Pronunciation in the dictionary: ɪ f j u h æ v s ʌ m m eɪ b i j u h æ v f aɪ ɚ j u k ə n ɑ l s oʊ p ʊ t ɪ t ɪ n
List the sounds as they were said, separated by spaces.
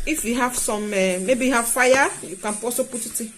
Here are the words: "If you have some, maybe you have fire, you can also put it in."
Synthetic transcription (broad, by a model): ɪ f j u h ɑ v s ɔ m m eɪ b i j u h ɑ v f aɪ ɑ j u k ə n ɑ s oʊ p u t ɪ t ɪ